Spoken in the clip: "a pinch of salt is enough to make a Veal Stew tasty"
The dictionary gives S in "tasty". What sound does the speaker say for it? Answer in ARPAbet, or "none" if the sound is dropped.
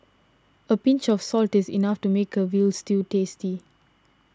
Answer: S